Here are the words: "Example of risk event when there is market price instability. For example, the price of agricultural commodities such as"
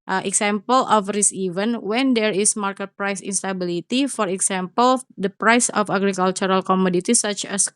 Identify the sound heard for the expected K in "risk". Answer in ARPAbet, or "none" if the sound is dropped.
none